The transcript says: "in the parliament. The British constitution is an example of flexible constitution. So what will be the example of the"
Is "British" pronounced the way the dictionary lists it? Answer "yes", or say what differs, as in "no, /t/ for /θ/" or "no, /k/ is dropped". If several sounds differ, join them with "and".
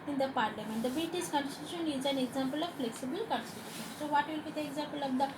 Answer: no, /ɹ/ is dropped and /s/ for /ʃ/